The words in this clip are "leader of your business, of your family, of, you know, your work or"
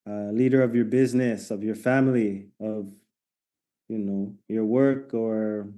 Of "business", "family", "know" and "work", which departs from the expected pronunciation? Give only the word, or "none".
none